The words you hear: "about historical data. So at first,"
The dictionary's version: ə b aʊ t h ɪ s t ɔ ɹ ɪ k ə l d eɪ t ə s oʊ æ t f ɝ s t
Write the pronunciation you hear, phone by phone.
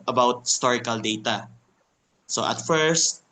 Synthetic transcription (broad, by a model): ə b aʊ t h ɪ s t ɔ ɹ ɪ k ə l d eɪ t ə s oʊ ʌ t f ɝ s t